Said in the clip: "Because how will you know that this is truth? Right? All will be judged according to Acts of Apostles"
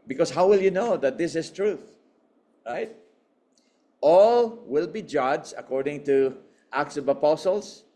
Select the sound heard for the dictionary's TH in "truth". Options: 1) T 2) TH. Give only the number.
2